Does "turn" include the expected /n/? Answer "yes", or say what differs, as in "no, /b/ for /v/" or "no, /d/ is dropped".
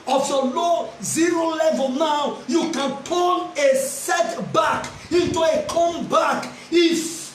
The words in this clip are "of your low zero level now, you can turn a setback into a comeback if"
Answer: no, /l/ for /n/